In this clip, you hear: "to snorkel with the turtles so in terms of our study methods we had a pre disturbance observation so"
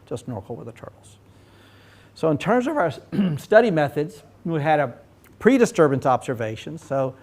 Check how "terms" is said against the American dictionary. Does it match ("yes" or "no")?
yes